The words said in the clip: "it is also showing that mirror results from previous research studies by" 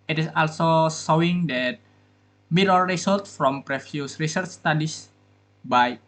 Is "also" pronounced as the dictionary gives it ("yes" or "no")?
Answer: yes